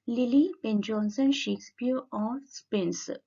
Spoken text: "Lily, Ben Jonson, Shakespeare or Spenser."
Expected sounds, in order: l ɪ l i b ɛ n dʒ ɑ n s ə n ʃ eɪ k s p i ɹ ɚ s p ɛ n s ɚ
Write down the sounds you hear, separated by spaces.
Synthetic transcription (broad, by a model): l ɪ l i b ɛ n dʒ ɑ n s ə n ʃ eɪ k s p i ɹ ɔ s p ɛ n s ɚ